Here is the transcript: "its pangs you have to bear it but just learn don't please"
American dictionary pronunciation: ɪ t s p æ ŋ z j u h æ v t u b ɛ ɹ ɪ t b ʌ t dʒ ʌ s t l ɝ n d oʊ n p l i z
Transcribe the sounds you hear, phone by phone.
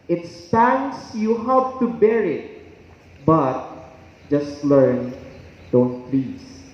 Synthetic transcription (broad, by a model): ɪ t s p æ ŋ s j u h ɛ p t u b ɛ ɹ ɪ t b ʌ t dʒ ʌ s t l ɝ n d oʊ n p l i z